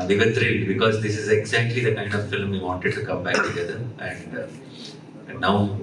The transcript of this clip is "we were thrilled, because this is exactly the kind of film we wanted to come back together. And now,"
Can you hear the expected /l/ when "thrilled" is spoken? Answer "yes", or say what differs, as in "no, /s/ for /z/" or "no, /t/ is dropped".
no, /l/ is dropped